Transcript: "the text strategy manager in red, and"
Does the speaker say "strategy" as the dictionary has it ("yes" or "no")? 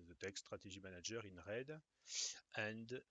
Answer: no